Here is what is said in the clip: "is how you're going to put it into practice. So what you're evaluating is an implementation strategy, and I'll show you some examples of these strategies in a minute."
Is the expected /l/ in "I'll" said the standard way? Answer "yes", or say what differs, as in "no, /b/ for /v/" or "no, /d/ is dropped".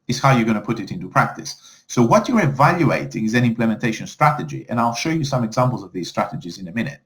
yes